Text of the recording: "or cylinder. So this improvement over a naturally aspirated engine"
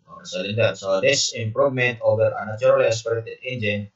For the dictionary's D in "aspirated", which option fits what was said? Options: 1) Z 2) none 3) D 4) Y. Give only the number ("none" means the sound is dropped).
2